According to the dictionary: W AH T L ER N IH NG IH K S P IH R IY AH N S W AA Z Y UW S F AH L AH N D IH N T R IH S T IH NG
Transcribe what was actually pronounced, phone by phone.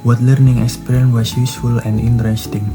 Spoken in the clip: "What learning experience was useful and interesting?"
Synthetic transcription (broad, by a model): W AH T L ER N IH NG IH K S P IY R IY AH N W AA S Y UW S F AH L AH N D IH N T R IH S T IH NG